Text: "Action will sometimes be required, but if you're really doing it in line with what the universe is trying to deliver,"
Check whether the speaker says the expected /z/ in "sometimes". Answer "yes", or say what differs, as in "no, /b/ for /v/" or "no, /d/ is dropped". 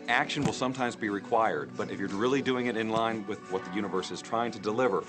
yes